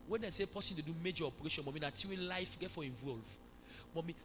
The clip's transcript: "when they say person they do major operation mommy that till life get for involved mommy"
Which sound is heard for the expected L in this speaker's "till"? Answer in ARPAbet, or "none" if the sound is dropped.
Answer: W